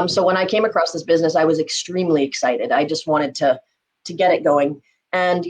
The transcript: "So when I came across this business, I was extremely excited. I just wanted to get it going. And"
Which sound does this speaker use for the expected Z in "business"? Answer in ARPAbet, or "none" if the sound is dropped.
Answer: Z